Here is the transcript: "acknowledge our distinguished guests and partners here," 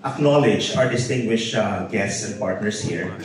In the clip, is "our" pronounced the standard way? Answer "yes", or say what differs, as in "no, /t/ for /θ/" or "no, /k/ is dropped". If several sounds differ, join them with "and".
yes